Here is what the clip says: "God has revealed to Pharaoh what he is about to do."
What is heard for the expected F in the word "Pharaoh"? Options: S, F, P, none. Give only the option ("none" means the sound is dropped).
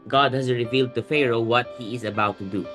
F